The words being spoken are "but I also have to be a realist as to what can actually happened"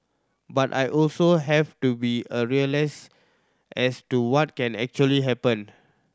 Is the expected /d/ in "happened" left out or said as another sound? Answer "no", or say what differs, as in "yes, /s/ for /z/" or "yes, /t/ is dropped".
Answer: yes, /d/ is dropped